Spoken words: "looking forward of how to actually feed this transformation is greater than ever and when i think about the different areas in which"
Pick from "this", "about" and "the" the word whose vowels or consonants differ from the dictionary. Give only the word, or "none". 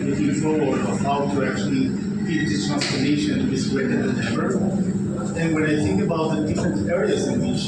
this